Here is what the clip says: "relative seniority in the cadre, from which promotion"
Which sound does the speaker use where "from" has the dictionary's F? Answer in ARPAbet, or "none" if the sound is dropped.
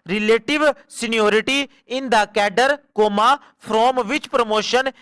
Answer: P